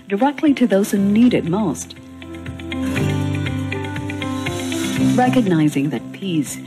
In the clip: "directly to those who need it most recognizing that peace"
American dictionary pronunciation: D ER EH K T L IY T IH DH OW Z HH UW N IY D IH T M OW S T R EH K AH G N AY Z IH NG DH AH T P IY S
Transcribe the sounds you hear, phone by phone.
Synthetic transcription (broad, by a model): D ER EH K T L IY T IH DH OW Z HH UW N IY D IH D M OW S T R EH K AH G N AY Z IH NG DH AH T P IY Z